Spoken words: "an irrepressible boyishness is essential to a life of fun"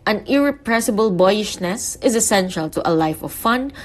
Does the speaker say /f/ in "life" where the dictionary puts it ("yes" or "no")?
yes